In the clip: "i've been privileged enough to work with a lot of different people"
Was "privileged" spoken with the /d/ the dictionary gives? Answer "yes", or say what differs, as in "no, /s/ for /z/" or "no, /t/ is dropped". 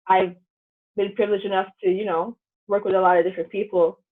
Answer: no, /d/ is dropped